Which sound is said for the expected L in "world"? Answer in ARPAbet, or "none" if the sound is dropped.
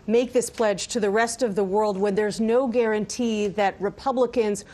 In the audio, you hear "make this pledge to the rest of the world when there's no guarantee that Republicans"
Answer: L